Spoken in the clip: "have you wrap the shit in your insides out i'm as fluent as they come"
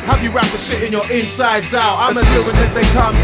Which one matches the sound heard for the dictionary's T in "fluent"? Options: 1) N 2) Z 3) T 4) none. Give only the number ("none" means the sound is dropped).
4